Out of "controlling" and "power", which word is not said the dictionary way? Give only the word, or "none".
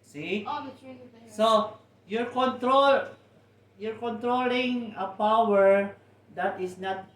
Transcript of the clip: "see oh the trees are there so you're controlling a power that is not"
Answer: none